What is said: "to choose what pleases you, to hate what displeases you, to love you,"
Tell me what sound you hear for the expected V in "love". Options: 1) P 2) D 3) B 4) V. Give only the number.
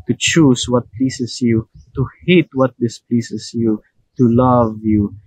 4